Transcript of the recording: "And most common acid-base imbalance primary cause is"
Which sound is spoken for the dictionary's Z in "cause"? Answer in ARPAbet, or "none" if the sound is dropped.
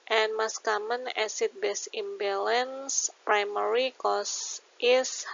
S